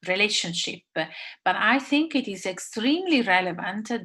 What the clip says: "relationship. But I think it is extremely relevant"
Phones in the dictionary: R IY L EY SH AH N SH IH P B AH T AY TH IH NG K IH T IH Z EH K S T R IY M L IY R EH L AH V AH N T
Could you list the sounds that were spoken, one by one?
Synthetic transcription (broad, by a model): R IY L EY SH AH N SH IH P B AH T AY TH IH NG K IH T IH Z EH K S T R IY M L IY R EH L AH V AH N T